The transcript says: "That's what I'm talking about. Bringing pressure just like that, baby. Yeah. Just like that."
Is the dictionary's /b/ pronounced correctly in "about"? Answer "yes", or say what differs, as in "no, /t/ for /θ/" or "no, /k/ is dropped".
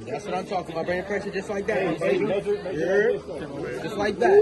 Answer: no, /b/ is dropped